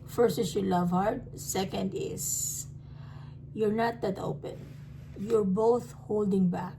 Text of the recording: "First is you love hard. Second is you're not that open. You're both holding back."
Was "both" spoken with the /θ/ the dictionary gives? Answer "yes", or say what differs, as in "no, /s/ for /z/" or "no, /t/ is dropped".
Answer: yes